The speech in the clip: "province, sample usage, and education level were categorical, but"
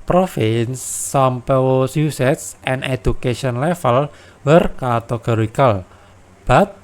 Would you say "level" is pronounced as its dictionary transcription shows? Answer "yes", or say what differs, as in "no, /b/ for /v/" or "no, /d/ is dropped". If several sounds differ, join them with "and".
no, /f/ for /v/